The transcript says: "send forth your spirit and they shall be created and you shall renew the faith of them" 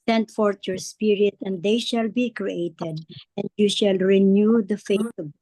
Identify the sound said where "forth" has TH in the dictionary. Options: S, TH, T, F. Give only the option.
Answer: T